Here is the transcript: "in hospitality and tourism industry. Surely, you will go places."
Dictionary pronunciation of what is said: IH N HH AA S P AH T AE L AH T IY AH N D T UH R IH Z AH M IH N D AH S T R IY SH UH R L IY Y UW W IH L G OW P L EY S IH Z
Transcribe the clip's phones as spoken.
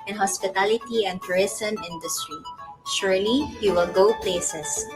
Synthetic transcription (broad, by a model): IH N HH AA S P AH T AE L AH T IY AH N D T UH R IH S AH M IH N D AH S T R IY SH UH R L IY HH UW W IH L G OW P L EY S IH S